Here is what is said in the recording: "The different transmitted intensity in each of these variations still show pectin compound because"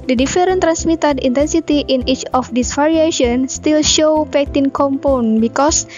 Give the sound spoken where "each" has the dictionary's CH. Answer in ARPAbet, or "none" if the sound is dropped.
CH